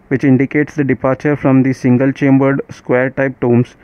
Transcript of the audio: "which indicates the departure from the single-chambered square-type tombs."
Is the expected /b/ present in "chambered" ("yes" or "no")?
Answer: yes